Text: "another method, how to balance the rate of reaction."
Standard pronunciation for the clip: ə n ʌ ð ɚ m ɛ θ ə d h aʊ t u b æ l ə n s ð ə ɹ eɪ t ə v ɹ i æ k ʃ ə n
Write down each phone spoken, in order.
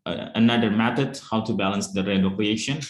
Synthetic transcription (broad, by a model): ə n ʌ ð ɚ m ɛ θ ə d h aʊ t u b æ l ə n s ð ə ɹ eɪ ə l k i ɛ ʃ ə n